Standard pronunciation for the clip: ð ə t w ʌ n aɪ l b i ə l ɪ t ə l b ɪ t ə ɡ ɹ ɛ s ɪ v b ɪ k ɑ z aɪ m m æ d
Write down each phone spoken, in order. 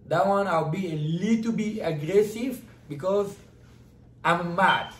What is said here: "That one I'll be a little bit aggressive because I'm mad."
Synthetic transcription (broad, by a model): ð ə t w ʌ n aɪ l b i ə l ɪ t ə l b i ə ɡ ɹ ɛ s ɪ v b ɪ k ɑ z aɪ m m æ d